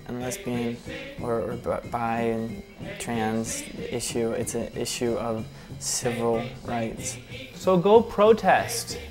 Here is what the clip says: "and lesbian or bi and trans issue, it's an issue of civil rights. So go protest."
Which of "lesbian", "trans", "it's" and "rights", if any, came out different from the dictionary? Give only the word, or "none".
lesbian